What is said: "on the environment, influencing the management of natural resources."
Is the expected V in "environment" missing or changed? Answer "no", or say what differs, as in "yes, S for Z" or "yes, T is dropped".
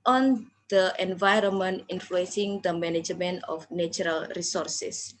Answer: no